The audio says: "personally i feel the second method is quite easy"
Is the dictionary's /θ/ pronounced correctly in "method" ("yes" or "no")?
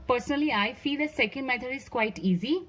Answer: no